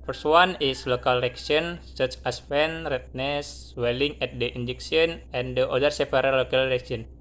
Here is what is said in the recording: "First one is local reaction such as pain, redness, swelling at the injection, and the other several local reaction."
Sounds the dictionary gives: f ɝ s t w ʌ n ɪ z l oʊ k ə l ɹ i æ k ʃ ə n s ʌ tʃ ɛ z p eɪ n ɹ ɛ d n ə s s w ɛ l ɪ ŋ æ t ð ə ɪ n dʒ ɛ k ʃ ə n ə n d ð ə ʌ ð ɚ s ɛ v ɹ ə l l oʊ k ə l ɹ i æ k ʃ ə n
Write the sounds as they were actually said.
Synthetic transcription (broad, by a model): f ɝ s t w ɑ n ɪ s l oʊ k ə l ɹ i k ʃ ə n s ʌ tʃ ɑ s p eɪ n ɹ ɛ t n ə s s w ɛ l ɪ ŋ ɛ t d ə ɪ n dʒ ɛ k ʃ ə n ə n d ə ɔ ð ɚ s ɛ p ɹ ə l l oʊ k ə l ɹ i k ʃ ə n